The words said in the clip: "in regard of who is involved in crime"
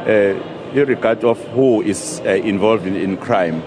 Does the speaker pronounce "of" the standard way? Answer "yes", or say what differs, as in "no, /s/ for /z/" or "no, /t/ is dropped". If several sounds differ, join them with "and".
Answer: no, /f/ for /v/